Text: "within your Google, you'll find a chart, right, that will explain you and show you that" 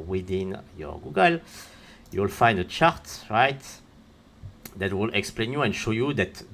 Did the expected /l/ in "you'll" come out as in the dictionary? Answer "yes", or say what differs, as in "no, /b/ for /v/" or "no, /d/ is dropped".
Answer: yes